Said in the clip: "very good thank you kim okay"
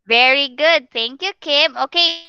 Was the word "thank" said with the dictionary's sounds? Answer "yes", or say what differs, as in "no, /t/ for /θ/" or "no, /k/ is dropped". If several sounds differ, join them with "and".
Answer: no, /t/ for /θ/